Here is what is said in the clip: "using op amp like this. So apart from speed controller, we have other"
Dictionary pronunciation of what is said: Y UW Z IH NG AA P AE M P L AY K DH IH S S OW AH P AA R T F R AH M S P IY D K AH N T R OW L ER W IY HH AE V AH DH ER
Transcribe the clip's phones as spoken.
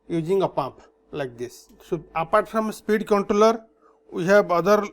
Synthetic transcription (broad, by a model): Y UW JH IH NG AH P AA M P L AY K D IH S S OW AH P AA R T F R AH M S P IY D K AH N T R OW L ER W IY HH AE B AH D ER